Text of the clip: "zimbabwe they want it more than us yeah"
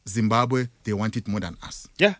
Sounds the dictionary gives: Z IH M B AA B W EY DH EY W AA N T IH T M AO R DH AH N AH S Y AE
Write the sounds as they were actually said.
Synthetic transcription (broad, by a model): Z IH M B AA B W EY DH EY W AA N T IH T M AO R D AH N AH S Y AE